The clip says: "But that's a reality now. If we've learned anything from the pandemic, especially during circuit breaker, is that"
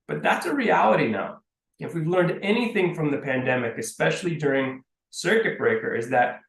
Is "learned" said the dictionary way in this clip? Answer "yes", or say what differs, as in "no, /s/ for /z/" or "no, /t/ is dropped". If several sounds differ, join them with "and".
yes